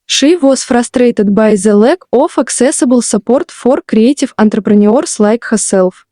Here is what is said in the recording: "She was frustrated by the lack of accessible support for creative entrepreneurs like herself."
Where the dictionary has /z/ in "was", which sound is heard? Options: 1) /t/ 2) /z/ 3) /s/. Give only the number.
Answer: 3